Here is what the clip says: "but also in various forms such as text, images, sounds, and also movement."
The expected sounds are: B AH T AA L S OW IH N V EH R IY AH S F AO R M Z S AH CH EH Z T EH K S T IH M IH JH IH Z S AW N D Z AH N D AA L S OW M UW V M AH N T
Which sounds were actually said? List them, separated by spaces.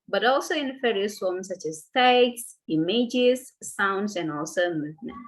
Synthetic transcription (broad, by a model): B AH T AA L S OW IH N F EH R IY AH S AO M S AH CH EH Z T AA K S IH M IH JH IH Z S AW N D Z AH N AA L S OW M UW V M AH N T